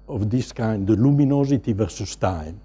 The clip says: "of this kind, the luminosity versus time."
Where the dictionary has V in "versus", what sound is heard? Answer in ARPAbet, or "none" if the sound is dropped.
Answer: V